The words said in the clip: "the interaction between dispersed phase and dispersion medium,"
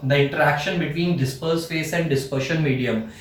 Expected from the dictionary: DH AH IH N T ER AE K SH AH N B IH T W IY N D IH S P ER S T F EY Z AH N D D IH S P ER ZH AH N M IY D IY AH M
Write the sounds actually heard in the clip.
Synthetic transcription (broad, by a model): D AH IH N T ER AE K SH AH N B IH T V IY N D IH S P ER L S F EY S AH N D D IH S P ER SH AH N M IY D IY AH M